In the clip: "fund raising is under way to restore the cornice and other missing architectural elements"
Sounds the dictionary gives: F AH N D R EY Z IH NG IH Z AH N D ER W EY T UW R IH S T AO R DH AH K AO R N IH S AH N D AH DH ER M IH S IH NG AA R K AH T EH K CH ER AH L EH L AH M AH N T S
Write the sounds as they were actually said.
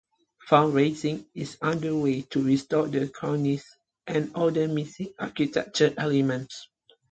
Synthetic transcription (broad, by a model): F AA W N R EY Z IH NG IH S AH N D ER W EY T UW R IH S T AO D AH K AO N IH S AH N D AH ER M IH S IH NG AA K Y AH T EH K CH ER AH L EH L AH M AH N T S